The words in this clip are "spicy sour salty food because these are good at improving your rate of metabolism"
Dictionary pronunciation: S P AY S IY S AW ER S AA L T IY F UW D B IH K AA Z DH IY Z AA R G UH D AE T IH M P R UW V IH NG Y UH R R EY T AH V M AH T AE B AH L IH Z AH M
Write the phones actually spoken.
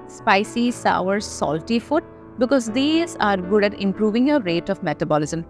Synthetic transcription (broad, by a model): S P AY S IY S AW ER S AA L T IY F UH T B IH K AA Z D IY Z AA R G UH D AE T IH M P R UW V IH NG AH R R EY T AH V M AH T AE B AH L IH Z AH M